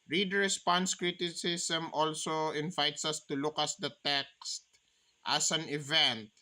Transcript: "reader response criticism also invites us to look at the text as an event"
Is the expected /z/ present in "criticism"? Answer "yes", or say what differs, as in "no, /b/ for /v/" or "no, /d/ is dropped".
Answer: no, /s/ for /z/